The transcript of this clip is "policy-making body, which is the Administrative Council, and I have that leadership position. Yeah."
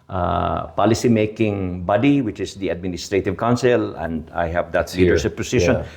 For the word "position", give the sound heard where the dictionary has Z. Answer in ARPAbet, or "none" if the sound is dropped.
S